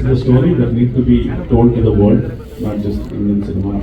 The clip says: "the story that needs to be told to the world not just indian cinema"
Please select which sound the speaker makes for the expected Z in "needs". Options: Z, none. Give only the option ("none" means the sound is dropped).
none